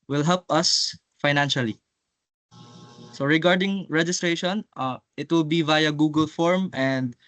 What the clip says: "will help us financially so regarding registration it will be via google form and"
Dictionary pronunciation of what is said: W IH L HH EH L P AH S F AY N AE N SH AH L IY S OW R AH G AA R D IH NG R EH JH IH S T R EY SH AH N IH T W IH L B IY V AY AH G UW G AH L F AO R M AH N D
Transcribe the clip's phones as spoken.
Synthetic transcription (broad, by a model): W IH L HH EH L P AH S F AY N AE N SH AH L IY S OW R AH G AA R D IH NG R EH JH IH S T R EY SH AH N IH T W IH L B IY V AY AH G UW G AH L F AO R M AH N D